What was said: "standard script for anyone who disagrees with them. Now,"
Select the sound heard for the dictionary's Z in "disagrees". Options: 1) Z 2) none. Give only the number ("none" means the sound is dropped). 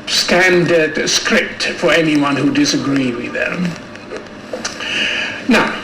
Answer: 2